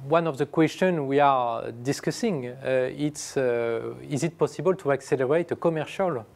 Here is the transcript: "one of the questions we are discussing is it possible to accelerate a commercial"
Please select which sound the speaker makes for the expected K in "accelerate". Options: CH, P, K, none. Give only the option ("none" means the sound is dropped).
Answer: K